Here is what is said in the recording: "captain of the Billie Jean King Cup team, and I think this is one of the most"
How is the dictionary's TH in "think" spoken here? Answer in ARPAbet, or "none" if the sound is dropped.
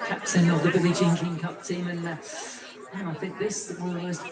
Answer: TH